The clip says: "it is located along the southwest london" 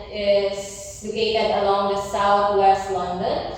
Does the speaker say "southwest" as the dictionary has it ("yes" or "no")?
no